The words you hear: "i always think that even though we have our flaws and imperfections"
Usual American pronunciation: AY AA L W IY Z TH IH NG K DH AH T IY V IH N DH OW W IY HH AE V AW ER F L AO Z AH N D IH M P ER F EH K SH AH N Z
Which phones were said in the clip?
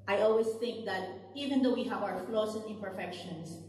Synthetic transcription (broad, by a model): AY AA L W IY S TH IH NG K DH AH T IY V IH N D OW W IY HH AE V AW ER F L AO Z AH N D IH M P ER F EH K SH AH N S